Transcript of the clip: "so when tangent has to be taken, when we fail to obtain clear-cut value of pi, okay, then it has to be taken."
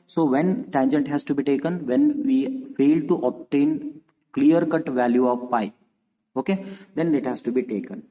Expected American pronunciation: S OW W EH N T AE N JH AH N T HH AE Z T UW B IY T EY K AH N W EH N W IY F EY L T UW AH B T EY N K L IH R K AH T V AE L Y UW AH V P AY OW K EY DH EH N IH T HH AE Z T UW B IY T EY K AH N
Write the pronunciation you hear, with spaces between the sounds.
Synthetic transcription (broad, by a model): S OW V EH N T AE N JH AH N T HH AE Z T UW B IY T EY K AH N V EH N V IY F EY L T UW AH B T EY N K L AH R K AH T V AE L Y UW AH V P AY OW K EY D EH N IH T HH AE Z T UW B IY T EY K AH N